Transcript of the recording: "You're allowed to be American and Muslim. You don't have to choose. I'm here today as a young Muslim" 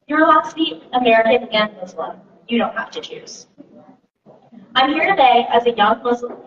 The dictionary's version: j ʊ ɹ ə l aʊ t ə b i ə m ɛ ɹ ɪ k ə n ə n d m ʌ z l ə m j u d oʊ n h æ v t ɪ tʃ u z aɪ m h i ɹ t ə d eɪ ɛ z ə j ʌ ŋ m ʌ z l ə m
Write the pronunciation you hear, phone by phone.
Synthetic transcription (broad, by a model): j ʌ ɹ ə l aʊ s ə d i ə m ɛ ɹ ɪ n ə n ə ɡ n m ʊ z l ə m j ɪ d oʊ n h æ f t ɪ tʃ u z aɪ m h i ɹ t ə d eɪ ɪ z ə j ʌ ŋ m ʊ z l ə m